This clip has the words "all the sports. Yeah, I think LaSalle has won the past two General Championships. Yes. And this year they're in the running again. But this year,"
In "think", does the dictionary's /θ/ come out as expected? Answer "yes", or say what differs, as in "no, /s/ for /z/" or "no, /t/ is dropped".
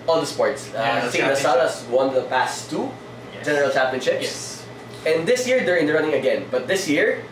no, /s/ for /θ/